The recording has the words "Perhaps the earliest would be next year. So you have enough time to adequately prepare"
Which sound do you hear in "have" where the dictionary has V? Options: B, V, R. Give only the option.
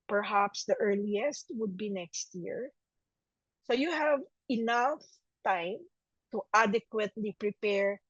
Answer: V